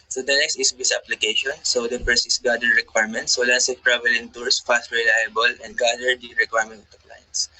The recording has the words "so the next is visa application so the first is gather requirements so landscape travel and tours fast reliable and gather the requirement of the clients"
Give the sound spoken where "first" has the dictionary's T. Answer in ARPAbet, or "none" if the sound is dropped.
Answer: none